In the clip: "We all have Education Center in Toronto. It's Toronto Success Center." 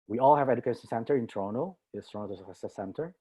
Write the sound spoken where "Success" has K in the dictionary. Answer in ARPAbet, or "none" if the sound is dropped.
none